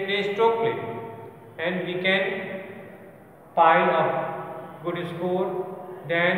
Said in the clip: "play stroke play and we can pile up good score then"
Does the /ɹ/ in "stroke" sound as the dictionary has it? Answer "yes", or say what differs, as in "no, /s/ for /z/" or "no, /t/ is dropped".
no, /ɹ/ is dropped